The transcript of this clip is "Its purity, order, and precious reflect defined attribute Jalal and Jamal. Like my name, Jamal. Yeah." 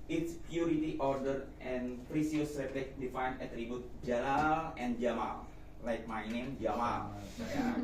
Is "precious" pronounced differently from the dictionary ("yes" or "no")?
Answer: yes